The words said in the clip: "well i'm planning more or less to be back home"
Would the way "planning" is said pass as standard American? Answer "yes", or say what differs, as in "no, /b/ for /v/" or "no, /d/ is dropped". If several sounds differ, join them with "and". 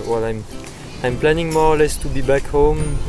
yes